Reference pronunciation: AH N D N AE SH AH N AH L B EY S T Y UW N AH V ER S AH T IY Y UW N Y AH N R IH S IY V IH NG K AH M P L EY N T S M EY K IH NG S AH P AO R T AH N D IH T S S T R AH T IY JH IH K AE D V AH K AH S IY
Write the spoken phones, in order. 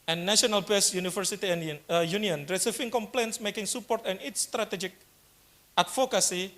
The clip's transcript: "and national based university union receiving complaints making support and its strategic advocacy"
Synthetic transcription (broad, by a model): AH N N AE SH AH N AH L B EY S Y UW N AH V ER S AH T IY Y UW N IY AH N R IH S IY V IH NG K AH M P L EY N T S M EY K IH NG S AH P AO R T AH N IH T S S T R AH T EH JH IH K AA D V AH K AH S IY